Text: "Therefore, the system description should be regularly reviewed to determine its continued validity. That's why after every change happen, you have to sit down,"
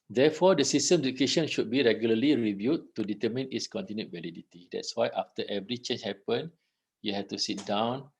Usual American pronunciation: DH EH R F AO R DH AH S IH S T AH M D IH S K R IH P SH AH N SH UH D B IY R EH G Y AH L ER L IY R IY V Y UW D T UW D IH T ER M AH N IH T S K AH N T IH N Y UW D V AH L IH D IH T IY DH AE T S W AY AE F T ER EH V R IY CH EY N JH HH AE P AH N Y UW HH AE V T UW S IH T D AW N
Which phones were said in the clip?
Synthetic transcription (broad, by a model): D EH F AO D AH S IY S T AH M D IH K EH SH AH N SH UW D B IY R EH G Y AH L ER L IY R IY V Y UW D T UW D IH T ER M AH N IH T S K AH N T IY N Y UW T V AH L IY D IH T IY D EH T S W AY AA F T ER EH V R IY CH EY N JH HH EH P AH N Y UW HH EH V T UW S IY T D AW N